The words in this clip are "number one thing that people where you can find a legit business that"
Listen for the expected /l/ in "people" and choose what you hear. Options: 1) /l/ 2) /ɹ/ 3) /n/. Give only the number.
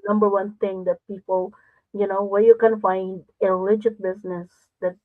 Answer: 3